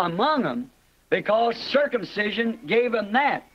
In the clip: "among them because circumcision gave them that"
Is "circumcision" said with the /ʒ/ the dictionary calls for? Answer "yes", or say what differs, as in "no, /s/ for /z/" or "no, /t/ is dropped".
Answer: yes